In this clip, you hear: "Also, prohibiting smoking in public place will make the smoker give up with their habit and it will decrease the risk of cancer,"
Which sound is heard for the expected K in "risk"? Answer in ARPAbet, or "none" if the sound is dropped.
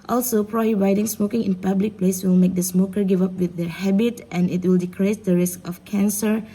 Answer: K